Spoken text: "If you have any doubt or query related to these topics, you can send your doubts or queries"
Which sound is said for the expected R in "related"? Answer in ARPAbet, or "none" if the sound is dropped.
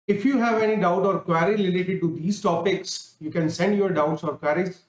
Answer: L